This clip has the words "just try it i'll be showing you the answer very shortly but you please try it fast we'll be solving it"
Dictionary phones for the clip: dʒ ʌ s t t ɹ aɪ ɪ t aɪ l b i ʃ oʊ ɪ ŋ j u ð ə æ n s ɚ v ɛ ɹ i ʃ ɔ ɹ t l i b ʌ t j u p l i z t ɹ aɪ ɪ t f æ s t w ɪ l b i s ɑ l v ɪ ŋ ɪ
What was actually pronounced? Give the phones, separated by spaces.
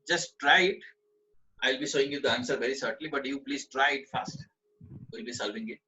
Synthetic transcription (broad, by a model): dʒ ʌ s t t ɹ aɪ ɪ t aɪ l b i s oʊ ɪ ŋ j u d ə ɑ n s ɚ v ɛ ɹ i s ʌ ɹ t l i b ʌ t j u p l i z t ɹ aɪ ɪ t f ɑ s t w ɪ l b i s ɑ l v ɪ ŋ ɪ